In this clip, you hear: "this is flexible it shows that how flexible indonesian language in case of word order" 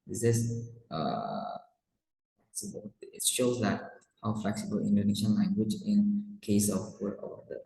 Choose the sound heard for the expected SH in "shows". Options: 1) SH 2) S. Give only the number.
1